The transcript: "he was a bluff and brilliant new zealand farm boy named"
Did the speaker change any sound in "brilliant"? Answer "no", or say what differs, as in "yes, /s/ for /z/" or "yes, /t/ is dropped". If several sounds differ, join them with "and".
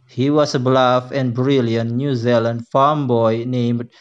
no